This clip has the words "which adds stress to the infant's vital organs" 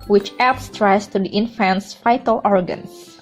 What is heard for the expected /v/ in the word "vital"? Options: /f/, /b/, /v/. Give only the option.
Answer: /f/